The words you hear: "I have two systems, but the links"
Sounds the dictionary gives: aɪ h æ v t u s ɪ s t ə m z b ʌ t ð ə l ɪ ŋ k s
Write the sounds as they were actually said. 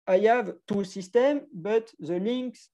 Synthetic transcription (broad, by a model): aɪ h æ v t u s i s t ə m b ʌ t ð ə l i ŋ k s